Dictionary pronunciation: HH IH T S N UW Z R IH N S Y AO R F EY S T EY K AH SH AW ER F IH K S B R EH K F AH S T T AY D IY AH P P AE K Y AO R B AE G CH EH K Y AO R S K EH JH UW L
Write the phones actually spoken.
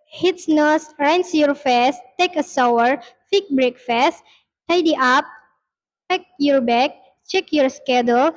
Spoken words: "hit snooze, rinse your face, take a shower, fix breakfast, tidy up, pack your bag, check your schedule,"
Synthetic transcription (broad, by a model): HH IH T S N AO S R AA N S Y AO R F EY S T EY K AH S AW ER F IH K B R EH K F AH S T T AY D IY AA P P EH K Y AO R B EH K CH EH K Y AO R S K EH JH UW L